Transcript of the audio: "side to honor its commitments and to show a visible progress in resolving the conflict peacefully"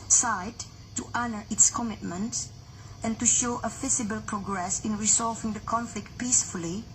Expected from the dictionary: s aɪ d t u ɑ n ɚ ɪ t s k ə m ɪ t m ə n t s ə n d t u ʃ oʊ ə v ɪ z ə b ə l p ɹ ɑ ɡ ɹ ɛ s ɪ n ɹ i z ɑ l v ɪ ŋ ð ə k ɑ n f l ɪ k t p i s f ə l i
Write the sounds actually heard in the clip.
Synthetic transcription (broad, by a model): s aɪ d t u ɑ n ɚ ɪ t s k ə m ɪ t m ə n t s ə n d t u ʃ oʊ ə f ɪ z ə b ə l p ɹ ɑ ɡ ɹ ɛ s ɪ n ɹ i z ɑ l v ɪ ŋ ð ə k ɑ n f l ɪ k t p i s f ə l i